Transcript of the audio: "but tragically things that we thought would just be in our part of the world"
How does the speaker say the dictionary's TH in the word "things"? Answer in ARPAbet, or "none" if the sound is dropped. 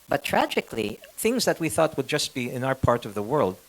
TH